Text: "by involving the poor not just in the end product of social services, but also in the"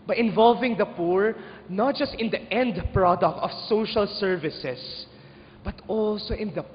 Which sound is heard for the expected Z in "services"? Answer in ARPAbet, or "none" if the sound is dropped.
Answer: S